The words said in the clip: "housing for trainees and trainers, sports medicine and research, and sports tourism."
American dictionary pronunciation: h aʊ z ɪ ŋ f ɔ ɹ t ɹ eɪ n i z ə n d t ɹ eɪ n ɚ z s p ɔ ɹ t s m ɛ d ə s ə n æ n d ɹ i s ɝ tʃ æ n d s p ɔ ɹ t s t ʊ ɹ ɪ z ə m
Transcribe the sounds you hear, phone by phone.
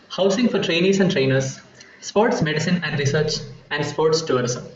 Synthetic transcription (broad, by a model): h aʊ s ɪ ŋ f ɔ ɹ t ɹ eɪ n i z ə n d t ɹ eɪ n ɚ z s p ɔ ɹ t s m ɛ d ə s ə n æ n d ɹ i s ɝ tʃ æ n d s p ɔ ɹ t s t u ɹ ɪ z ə m